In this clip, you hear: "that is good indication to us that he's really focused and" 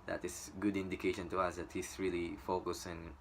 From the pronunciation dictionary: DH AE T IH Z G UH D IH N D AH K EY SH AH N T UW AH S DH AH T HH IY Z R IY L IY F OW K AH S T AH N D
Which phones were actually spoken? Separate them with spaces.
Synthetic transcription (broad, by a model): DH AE T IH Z G UH D IH N D AH K EY SH AH N T UW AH S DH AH T HH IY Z R IY L IY F OW K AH S AH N